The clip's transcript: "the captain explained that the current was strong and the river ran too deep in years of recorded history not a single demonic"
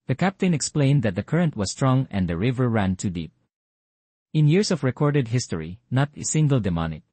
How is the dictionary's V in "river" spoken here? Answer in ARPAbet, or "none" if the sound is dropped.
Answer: V